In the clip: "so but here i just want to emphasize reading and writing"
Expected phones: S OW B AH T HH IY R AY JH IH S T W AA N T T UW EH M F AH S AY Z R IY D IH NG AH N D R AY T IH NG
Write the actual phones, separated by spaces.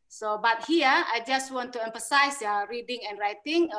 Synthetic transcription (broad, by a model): S OW B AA T HH IY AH AY JH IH S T W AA N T T UW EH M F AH S AY S R IY D IH NG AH N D R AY T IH NG